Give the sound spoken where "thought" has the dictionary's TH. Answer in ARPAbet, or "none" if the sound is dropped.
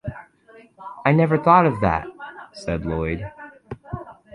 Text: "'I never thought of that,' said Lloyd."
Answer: TH